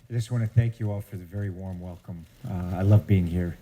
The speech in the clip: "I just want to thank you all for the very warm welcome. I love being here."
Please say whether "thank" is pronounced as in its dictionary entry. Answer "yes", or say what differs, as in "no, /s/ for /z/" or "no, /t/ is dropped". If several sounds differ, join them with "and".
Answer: yes